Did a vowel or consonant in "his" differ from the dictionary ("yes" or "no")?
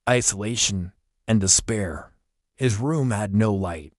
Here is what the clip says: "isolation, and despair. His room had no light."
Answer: no